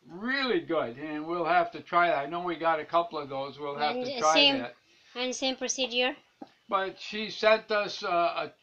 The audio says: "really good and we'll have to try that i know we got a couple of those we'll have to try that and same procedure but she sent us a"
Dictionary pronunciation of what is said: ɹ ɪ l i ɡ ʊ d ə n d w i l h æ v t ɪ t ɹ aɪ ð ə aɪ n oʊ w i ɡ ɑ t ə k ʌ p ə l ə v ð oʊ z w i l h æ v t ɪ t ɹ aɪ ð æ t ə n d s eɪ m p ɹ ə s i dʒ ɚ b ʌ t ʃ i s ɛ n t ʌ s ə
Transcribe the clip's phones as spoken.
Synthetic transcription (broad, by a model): ɹ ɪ l i ɡ ʊ d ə n w i l h æ f t ɪ t ɹ aɪ ð ə aɪ n oʊ w i ɡ ɑ t ə k ʌ p l ə v ð oʊ z w i l h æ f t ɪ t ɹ aɪ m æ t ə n s eɪ m p ɹ ə s i dʒ ɚ b ʌ t ʃ i s ɛ n t ʌ s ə